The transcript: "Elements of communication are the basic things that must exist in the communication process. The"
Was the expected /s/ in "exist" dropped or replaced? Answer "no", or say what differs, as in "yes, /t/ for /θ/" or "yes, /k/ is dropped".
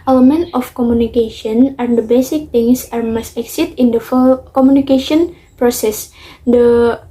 yes, /s/ is dropped